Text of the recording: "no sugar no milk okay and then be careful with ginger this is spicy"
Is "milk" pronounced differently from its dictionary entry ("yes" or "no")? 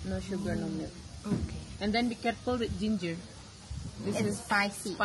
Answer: yes